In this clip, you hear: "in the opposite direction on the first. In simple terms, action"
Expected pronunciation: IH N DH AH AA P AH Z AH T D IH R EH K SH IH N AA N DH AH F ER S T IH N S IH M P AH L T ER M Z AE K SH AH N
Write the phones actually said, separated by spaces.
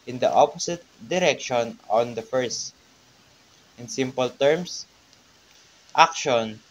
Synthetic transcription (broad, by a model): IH N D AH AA P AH S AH T D IH R EH K SH IH N AA N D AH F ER S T IH N S IH M P AH L T ER M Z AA K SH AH N